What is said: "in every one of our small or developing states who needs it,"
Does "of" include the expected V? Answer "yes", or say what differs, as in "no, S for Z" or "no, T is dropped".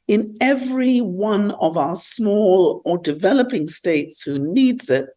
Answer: yes